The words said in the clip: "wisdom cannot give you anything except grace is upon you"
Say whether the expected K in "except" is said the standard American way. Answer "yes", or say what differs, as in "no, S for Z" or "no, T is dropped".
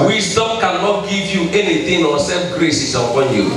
no, K is dropped